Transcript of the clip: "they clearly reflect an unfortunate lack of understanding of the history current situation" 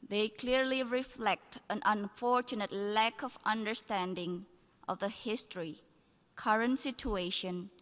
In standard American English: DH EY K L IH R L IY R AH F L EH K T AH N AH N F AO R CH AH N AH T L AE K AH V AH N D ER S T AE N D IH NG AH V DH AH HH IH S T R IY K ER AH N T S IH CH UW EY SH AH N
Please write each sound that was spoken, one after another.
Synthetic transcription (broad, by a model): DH EY K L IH R L IY R AH F L EH K T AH N AH N F AO R CH AH N AH T L AE K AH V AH N D ER S T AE N D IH NG AH V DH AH HH IH S T R IY K ER AH N T S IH CH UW EY SH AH N